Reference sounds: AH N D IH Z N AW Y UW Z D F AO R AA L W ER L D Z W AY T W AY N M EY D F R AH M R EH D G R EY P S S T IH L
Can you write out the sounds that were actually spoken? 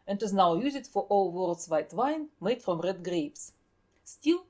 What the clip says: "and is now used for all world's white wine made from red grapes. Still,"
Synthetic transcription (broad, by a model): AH N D IH Z N AW Y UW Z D F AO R AA L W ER L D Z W AY T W AY N M EY D F R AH M R EH D G R EY P S S T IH L